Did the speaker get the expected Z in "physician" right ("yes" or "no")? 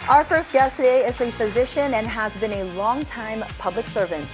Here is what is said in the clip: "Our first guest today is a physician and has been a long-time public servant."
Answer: yes